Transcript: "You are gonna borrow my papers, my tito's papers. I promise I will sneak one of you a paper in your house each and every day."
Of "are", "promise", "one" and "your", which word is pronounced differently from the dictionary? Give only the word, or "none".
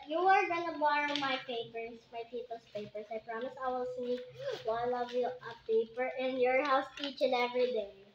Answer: one